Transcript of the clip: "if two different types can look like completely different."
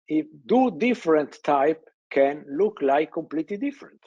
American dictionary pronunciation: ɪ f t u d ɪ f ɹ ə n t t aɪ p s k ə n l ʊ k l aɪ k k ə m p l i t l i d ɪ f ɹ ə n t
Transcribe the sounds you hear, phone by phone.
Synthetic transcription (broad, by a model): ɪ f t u d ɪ f ɹ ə n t t aɪ p k ə n l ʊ k l aɪ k k ə m p l i t l i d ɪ f ɹ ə n t